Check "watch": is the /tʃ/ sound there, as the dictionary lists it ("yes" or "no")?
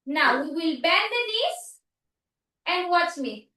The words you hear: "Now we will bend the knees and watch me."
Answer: no